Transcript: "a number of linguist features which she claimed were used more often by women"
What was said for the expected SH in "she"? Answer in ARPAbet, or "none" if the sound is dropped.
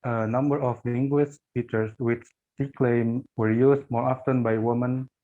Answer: S